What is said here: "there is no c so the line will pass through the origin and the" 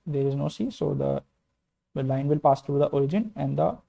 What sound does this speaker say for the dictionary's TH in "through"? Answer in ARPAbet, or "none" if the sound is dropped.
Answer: T